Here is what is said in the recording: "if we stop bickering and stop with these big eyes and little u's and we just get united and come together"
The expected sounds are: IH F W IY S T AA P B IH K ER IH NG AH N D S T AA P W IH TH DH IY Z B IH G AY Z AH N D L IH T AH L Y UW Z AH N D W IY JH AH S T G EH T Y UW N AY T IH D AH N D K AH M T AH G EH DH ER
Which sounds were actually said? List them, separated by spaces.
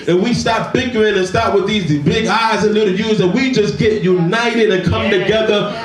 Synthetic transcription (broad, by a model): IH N W IY S T AA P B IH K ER IH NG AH N S T AA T W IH DH IY Z B IH G AY Z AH N L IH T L Y UW Z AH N W IY JH AH S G EH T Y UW N AY T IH D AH N K AH M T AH G EH DH ER